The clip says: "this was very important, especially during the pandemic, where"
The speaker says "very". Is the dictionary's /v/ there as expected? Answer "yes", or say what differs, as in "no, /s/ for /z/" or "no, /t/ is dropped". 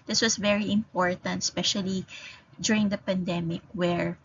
yes